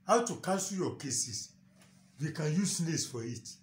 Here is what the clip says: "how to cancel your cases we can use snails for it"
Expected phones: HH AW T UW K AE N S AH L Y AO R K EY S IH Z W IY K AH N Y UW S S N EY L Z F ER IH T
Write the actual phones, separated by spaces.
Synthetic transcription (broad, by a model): HH AW T UW K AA S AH Y AO K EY S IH S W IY K AH N Y UW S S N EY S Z F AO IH T